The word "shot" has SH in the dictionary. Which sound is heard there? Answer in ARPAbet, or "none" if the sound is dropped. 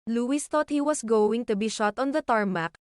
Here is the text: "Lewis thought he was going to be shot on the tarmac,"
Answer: SH